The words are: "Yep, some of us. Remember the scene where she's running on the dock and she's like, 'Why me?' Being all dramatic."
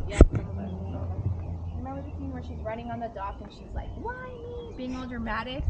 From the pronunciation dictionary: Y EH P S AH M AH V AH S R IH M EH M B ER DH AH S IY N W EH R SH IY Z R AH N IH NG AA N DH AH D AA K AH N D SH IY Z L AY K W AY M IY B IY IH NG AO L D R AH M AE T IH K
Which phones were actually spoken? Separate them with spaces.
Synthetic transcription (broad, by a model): Y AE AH AH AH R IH M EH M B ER DH AH TH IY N W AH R SH IY Z R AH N IH NG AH N DH AH D AA K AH N SH IY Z L AY K W AY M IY B IY IH NG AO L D R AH M AE T IH K